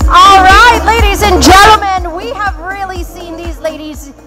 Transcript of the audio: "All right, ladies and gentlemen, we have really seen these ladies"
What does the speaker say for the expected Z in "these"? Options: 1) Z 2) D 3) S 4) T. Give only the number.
1